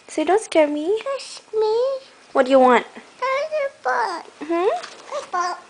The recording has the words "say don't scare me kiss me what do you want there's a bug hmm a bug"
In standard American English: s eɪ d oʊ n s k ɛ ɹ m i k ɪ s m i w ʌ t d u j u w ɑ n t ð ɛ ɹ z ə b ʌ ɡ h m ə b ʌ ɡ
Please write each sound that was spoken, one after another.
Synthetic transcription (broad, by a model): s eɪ d oʊ n s k ɛ ɹ m i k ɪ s m i w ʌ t d u j u w ɑ n t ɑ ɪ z ə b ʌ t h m ə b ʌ